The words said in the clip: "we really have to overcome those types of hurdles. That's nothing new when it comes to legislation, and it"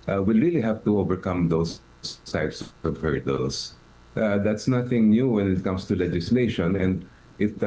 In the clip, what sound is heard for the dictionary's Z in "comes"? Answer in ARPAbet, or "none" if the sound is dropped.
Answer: S